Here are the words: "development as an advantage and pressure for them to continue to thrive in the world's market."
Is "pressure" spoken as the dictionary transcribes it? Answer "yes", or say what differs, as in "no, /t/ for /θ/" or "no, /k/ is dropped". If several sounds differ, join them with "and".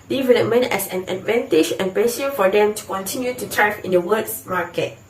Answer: no, /ɹ/ is dropped